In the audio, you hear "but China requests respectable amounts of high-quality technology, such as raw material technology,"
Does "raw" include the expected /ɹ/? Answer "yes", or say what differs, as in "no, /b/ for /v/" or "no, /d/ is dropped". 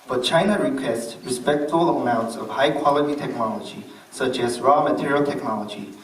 yes